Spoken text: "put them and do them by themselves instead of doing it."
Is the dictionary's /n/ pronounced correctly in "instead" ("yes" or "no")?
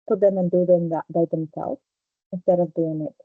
yes